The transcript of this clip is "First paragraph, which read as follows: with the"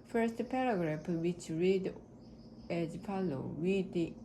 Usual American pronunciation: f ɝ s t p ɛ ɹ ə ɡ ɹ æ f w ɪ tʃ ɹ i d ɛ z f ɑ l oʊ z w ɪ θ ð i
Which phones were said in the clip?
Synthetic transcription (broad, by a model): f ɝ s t p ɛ ɹ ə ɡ ɹ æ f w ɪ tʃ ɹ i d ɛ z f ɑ l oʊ w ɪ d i